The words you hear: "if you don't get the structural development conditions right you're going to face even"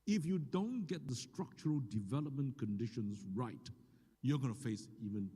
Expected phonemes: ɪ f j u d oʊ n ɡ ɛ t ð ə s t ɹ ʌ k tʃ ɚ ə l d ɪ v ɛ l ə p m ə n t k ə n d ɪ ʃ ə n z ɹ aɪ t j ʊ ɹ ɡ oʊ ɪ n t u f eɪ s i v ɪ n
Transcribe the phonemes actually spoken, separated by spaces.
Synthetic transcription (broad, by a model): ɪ f j u d oʊ n ɡ ɛ t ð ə s t ɹ ʌ k tʃ ɚ ə l d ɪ v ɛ l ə p m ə n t k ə n d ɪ ʃ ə n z ɹ aɪ t j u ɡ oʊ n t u f eɪ s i v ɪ n